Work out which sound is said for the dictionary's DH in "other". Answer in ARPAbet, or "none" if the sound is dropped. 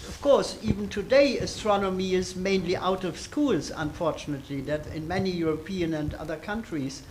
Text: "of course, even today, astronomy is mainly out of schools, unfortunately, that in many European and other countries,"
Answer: DH